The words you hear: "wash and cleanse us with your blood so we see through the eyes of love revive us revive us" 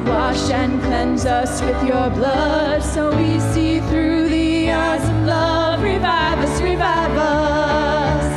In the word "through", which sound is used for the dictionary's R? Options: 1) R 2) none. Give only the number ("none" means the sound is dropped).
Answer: 1